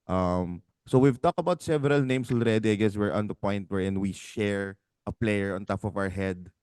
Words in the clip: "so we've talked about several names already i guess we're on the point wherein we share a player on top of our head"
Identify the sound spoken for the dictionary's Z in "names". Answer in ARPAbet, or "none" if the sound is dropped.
S